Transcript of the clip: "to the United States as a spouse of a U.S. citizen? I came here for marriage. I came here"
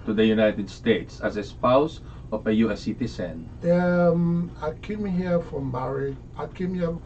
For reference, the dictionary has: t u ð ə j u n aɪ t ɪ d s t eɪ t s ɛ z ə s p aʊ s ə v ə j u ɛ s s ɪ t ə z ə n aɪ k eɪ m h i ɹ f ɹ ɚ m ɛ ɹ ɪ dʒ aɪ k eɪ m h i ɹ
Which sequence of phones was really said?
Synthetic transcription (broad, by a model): t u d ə j u n aɪ t ɪ d s t eɪ t s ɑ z ə s p aʊ s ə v ə j u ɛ s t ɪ s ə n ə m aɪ k eɪ m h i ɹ f ɹ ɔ m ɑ ɹ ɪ aɪ k eɪ m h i